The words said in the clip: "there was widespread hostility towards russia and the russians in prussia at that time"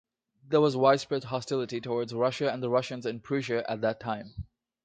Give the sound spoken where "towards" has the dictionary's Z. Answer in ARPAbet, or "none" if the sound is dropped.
Z